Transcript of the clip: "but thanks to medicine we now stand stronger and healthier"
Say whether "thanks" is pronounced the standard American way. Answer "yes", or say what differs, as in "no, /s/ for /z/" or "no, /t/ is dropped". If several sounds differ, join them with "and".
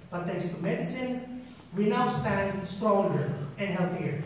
no, /t/ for /θ/